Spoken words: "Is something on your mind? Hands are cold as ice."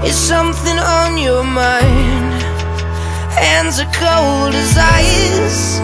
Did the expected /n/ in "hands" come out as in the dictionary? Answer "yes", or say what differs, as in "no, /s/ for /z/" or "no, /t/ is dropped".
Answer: yes